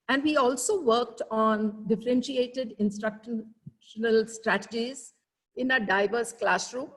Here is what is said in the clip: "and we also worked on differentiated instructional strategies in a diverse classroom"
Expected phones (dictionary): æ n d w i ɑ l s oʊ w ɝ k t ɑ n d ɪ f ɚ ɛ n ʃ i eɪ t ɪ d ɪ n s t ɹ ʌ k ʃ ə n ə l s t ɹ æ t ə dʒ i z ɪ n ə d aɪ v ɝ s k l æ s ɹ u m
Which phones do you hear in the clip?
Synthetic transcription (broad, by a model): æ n d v i ɑ l s oʊ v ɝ k t ɑ n d ɪ f ɚ ɛ n ʃ i eɪ t ɪ d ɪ n s t ɹ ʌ k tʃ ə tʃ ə l s t ɹ æ t ə dʒ i z ɪ n ə d aɪ v ɝ s k l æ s ɹ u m